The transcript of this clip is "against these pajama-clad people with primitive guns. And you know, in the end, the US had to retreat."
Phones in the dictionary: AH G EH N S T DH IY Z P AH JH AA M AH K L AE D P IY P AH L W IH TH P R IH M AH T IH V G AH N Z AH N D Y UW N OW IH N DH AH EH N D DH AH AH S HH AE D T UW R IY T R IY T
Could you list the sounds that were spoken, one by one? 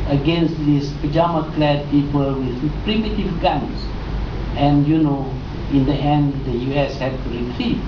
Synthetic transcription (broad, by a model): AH G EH N S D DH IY S P AH JH AA M AH K L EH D P IY P AH L W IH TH P R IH M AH T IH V G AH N S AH N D Y UW N OW IH N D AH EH N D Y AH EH S HH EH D T UW R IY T R IY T